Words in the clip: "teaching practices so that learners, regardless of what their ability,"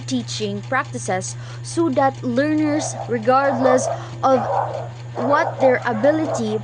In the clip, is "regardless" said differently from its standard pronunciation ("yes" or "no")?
no